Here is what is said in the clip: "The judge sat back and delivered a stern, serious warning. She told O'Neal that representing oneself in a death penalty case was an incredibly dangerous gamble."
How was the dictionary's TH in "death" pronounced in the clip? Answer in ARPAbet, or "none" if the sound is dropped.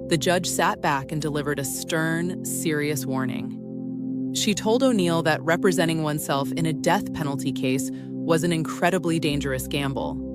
TH